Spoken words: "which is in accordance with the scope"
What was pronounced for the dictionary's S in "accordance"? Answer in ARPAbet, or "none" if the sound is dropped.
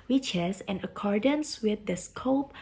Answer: S